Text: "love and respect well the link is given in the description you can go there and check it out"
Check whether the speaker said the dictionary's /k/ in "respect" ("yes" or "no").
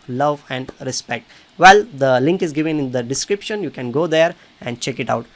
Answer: yes